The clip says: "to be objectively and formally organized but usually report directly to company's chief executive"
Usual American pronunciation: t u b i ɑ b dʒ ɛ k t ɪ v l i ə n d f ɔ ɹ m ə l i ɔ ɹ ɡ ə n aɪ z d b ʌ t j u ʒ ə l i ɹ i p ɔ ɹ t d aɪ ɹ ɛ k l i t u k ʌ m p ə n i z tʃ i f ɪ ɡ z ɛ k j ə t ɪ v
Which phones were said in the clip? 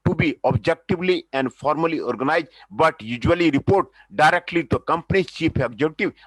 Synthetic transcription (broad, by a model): t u b i ɑ b dʒ ɛ k t ɪ v l i ə n d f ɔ ɹ m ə l i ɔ ɹ ɡ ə n aɪ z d b ʌ t j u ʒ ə l i ɹ i p ɔ ɹ t d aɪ ɹ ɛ k l i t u k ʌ m p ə n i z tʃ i p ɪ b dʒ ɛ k t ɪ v